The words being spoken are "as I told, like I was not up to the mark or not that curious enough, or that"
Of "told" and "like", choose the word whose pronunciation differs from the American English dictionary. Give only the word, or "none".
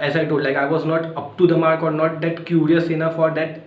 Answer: told